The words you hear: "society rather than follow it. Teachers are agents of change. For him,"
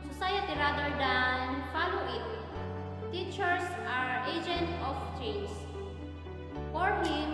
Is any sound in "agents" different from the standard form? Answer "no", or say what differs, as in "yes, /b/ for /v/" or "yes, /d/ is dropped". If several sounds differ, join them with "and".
yes, /s/ is dropped